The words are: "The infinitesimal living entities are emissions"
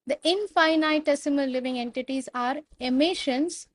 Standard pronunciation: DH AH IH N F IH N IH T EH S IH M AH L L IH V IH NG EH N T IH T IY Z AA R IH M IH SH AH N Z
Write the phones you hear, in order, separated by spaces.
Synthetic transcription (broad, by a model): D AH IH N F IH N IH T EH S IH M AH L L IH V IH NG EH N T IH T IY Z AA R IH M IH SH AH N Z